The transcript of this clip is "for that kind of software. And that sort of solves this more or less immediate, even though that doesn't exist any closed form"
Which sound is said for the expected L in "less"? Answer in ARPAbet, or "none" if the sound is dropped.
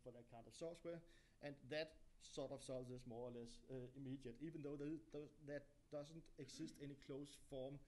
L